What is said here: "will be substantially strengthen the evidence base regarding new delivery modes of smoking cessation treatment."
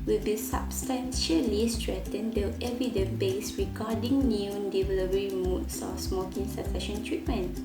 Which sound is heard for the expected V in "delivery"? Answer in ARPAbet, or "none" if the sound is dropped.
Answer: P